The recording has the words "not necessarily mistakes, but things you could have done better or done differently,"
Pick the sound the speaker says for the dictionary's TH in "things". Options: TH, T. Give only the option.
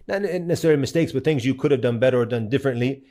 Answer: TH